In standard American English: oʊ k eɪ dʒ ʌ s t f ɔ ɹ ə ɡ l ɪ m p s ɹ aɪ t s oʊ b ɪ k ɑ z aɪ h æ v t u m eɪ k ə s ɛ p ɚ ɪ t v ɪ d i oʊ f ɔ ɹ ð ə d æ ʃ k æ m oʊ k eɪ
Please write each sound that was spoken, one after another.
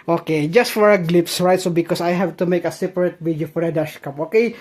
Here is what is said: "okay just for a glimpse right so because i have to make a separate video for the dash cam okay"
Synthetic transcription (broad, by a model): oʊ k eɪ dʒ ʌ s t f ɔ ɹ ə ɡ l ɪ p s ɹ aɪ t s oʊ b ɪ k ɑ s aɪ h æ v t u m eɪ k ə s ɛ p ɚ ɪ t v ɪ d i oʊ f ɔ ɹ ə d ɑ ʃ k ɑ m oʊ k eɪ